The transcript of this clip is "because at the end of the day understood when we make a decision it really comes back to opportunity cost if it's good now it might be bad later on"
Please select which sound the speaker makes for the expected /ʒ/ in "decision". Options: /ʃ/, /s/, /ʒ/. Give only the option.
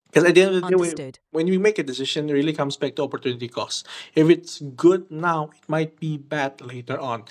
/ʃ/